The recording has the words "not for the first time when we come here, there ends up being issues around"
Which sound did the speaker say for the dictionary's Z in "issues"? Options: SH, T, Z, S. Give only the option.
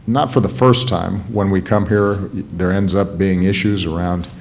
Z